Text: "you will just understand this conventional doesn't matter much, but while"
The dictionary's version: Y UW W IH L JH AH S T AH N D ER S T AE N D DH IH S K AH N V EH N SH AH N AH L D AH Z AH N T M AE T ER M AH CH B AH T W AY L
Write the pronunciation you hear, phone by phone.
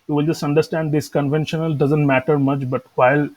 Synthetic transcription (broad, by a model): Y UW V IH L JH AH S T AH N D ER S T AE N D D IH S K AH N V EH N SH AH N AH L D AH Z AH N T M AE T ER M AH CH B AH T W AY L